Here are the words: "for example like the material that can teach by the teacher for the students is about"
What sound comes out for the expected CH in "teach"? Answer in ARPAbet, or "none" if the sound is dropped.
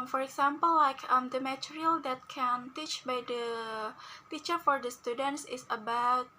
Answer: CH